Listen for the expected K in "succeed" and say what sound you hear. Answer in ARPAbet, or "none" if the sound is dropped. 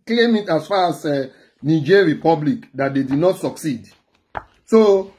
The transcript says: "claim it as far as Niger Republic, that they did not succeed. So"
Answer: K